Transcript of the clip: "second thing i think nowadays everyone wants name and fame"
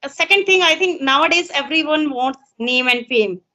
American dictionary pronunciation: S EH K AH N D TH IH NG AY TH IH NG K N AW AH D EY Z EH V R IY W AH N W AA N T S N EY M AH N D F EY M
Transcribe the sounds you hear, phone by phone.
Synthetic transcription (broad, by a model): S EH K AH N D T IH NG AY T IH NG K N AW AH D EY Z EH V R IY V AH N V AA N T S N EY M AH N D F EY M